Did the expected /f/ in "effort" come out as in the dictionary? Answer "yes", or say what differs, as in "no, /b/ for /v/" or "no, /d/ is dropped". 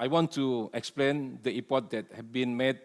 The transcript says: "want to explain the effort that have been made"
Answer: no, /p/ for /f/